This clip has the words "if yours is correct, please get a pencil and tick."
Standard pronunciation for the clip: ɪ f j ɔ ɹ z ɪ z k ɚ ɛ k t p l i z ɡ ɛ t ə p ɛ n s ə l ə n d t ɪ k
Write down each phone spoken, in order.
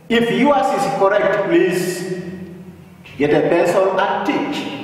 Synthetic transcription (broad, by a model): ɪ f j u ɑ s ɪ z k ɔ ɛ k t p l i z ɡ ɛ t ə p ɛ s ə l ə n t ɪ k